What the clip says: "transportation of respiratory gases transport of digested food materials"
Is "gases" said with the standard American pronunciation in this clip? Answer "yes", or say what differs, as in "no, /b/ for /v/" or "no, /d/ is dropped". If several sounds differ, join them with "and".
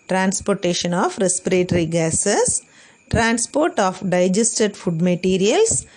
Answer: no, /s/ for /z/